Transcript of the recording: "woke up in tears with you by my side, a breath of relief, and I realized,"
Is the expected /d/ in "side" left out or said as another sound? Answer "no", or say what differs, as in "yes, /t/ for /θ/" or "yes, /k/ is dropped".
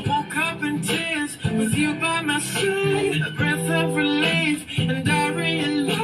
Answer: yes, /d/ is dropped